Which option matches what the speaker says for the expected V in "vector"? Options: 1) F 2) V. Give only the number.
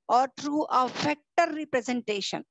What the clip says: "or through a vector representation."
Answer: 1